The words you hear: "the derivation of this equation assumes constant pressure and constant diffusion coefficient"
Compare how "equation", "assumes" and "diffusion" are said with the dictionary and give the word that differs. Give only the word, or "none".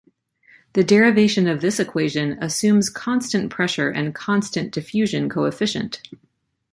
none